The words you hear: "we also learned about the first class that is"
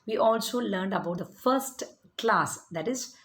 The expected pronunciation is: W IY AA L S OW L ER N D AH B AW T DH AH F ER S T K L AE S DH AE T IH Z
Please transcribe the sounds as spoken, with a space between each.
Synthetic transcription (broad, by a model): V IY AA L S OW L ER N D AH B AW T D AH F ER S T K L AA S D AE T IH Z